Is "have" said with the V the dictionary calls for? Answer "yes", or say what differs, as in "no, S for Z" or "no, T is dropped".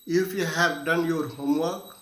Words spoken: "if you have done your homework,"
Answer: no, B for V